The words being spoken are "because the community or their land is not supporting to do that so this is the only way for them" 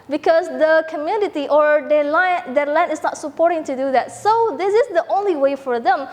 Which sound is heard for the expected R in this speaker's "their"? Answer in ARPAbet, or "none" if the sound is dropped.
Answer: L